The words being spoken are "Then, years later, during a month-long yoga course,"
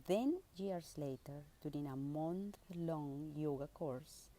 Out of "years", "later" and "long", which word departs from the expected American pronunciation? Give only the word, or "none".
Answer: years